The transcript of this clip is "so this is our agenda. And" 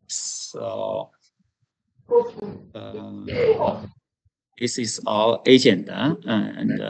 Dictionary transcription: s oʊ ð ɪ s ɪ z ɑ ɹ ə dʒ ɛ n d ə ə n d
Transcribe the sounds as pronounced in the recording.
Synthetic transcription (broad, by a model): s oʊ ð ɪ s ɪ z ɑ l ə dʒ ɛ n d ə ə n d